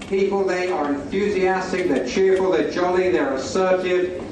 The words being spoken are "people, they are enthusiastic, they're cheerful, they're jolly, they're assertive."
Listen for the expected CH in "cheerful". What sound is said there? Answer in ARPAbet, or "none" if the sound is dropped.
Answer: CH